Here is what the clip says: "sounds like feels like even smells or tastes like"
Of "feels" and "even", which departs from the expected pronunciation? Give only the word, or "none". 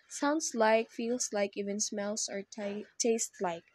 feels